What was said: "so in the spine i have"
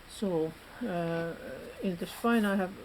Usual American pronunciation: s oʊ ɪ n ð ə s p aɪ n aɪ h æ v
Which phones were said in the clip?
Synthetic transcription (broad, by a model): s oʊ ɪ n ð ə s f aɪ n aɪ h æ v